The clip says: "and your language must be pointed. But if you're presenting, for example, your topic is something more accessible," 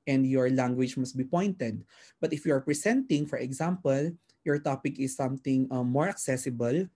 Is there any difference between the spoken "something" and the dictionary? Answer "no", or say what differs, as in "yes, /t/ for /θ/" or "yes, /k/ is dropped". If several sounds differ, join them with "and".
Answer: yes, /t/ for /θ/